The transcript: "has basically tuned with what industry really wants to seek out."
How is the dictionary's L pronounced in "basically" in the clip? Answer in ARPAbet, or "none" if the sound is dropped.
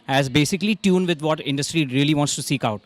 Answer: L